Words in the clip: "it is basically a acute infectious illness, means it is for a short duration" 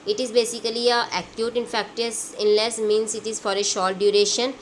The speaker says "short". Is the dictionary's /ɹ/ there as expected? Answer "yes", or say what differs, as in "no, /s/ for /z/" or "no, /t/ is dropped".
no, /l/ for /ɹ/